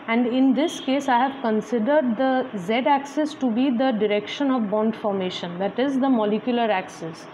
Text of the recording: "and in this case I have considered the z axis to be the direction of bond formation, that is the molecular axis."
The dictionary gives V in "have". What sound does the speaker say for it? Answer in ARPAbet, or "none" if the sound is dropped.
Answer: V